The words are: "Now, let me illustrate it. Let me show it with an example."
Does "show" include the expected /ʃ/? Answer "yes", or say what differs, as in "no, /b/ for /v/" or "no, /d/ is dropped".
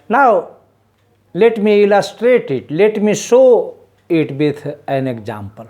no, /s/ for /ʃ/